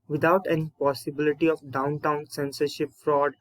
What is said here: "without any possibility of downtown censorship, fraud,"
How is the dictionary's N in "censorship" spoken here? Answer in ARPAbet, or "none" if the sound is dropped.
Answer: N